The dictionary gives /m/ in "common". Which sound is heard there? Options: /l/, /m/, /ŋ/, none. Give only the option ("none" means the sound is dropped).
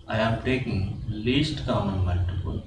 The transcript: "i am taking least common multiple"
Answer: none